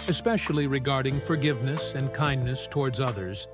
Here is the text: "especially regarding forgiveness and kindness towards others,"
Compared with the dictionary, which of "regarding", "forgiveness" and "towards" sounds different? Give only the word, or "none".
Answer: none